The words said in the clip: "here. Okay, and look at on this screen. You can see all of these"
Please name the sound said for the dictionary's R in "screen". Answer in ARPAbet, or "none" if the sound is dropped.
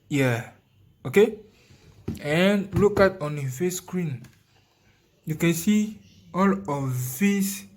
R